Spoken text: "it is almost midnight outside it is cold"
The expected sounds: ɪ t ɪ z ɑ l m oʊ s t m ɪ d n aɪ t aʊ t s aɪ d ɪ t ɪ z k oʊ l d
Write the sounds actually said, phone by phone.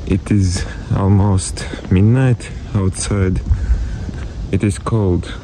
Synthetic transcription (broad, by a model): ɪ t ɪ z ɑ l m oʊ s t m ɪ d n aɪ t aʊ t s aɪ d ɪ t ɪ z k oʊ l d